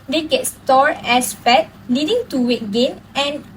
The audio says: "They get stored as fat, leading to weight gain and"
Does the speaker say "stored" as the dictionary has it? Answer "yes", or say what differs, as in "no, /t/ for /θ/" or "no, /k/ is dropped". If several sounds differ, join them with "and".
no, /d/ is dropped